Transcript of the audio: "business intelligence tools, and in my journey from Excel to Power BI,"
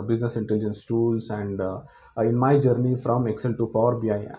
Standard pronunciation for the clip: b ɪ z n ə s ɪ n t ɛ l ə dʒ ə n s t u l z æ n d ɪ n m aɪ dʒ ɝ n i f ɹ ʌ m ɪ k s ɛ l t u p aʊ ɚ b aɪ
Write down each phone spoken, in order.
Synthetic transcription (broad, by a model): b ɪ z n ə s ɪ n t ɛ l ə dʒ ə n s t u l s æ n d ɪ n m aɪ dʒ ɝ n i f ɹ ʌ m ɪ k s ɛ l t u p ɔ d b aɪ